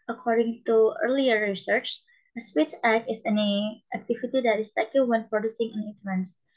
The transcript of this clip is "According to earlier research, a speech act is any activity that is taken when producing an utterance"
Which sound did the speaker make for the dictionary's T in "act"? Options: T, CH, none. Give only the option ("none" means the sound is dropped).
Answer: none